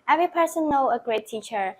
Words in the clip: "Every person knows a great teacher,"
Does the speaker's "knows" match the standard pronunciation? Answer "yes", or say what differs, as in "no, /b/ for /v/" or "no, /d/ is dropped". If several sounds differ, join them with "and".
no, /z/ is dropped